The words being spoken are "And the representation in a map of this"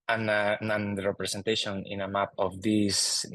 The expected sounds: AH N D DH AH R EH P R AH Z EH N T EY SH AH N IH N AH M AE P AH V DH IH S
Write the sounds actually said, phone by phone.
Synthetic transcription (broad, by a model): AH N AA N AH R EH P R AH S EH N T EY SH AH N IH N AH M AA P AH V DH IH S